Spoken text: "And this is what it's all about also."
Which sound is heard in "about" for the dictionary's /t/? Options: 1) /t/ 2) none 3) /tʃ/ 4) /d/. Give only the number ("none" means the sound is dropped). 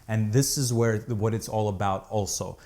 1